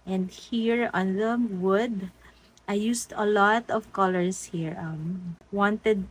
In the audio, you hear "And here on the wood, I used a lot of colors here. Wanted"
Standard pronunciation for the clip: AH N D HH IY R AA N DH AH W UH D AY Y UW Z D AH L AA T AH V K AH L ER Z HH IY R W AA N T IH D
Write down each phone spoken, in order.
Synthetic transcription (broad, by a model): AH N D HH IY R AA N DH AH W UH D AY Y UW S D AH L AA T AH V K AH L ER S HH IY R W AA N T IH D